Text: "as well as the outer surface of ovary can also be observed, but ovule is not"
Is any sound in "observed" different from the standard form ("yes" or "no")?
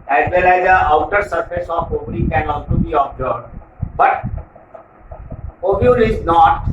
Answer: yes